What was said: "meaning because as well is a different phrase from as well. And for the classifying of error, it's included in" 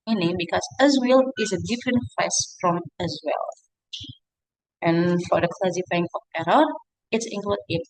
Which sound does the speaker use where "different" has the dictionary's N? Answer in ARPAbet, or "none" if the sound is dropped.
N